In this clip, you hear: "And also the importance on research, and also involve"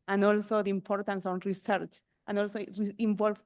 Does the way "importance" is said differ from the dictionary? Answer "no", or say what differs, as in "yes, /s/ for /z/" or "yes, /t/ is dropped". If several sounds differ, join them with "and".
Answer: no